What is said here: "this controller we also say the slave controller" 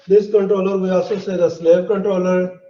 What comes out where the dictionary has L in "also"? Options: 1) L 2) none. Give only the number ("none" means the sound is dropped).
2